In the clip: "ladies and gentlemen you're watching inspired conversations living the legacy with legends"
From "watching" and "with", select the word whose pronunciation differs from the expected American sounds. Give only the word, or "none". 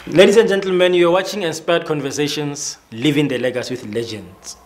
none